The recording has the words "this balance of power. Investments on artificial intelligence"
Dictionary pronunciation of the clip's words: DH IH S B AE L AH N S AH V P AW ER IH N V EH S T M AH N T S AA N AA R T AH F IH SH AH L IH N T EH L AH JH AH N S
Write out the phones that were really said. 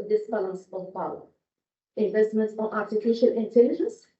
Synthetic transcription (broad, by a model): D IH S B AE L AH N S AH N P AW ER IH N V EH S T M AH N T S AA N AA R T AH F IH SH AH L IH N T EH L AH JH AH N S